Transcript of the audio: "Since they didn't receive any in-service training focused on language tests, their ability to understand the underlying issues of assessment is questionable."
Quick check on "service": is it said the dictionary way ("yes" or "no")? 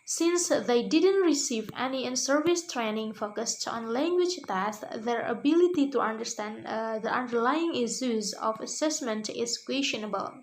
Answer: yes